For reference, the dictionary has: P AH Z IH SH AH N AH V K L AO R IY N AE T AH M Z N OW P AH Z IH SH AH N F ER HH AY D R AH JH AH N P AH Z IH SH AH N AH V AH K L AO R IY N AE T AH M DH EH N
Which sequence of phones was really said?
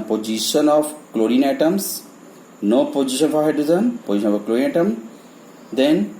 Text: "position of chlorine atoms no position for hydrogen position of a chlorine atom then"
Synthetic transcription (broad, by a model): P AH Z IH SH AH N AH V K L AO R IY N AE T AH M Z N OW P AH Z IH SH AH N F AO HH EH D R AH Z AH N P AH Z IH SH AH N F AH K L AO R IY N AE T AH M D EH N